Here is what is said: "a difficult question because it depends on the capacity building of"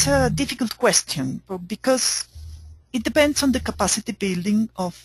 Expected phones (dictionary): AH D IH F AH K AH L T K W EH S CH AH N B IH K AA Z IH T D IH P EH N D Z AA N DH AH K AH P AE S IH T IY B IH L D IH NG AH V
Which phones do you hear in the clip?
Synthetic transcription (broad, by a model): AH D IH F AH K AH L T K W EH S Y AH N B IH K AA Z IH T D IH P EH N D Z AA N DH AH K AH P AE S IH T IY B IH L D IH NG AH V